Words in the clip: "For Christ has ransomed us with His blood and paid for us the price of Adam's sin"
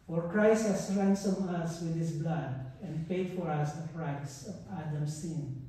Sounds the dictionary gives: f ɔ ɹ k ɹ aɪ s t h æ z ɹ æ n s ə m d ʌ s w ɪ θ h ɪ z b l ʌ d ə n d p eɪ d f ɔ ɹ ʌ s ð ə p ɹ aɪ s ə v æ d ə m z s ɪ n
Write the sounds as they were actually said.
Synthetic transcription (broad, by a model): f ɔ ɹ k ɹ aɪ s t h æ s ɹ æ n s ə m ʌ s w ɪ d h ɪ s b l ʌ d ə n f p eɪ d f ɔ ɹ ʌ s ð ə p ɹ aɪ s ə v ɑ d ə m s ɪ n